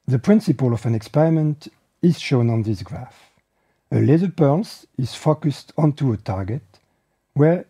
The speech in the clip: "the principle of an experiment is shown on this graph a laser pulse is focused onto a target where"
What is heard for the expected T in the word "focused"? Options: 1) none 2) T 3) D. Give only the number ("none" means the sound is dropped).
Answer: 2